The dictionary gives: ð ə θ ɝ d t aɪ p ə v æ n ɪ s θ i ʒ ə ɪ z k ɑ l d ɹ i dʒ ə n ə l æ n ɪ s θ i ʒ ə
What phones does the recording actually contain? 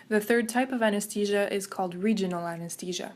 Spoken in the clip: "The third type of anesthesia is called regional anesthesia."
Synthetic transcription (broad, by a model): ð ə θ ɝ d t aɪ p ə v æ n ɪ s t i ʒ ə ɪ z k ɑ l d ɹ i dʒ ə n l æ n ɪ s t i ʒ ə